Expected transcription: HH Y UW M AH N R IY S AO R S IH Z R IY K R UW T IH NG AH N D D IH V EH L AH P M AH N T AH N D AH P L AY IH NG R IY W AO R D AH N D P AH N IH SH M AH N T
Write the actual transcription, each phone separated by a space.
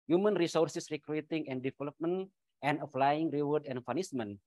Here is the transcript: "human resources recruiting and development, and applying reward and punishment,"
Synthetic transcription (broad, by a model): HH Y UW M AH N R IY S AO R S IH S R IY K R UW T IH NG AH N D D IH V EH L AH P M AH N T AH N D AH F L AY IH NG R IY W AO R D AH N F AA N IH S M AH N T